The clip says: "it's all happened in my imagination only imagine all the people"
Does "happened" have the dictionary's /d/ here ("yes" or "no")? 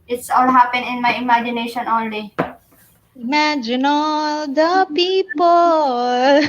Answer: no